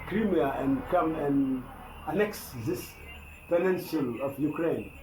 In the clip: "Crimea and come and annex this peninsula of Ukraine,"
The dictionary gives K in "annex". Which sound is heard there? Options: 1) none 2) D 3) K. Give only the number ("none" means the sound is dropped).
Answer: 3